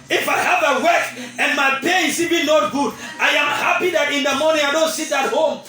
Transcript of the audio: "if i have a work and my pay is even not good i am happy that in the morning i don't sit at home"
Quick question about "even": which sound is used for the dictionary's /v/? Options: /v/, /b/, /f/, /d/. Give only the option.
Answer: /b/